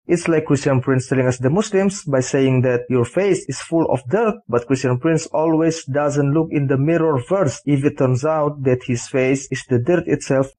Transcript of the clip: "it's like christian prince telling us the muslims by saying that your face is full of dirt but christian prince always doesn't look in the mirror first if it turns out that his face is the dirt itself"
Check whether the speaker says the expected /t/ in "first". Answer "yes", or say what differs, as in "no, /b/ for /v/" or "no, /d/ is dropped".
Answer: no, /t/ is dropped